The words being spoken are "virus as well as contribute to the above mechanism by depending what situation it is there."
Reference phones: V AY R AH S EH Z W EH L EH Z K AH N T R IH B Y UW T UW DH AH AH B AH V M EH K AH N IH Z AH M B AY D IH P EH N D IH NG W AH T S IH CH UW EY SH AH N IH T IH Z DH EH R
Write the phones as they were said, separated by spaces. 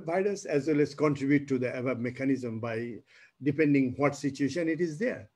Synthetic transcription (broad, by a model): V AY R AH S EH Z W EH L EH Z K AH N T R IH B Y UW T UW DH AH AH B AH B M EH K AH N IH Z AH M B AY D IH P EH N D IH NG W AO T S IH CH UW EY SH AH N IH T IH Z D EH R